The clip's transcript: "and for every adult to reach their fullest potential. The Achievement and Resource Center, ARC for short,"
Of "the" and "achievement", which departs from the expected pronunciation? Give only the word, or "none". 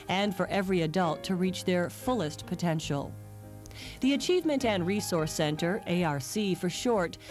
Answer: none